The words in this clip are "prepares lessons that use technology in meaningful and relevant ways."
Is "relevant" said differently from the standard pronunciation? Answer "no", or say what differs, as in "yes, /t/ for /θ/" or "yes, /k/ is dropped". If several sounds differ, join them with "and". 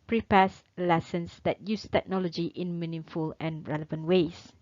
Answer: no